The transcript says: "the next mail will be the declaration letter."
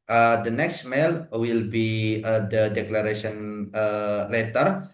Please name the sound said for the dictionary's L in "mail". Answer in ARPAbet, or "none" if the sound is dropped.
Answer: L